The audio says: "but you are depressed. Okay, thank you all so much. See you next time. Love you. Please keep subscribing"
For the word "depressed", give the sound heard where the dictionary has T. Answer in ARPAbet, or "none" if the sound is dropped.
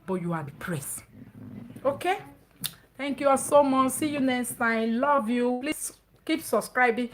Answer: none